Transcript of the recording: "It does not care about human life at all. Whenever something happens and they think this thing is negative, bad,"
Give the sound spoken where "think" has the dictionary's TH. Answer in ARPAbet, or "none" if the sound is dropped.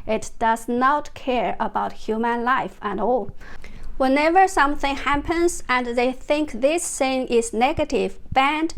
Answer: TH